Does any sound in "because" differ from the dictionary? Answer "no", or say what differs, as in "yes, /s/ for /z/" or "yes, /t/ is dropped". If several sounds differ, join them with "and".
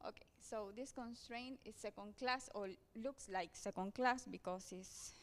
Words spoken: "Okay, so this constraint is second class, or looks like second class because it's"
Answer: yes, /s/ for /z/